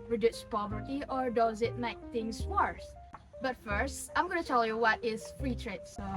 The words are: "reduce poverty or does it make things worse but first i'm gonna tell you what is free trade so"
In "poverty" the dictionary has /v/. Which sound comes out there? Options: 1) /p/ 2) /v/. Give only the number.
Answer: 2